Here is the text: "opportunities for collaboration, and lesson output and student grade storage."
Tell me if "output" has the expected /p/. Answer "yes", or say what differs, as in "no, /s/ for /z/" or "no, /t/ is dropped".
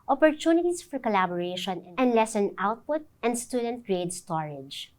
yes